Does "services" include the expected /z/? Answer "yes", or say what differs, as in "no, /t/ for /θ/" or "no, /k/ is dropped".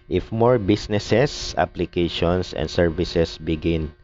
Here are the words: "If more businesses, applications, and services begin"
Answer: no, /s/ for /z/